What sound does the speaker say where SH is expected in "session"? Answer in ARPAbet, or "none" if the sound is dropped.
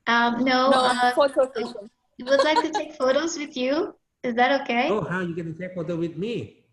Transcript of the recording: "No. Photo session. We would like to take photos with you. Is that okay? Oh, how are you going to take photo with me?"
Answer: none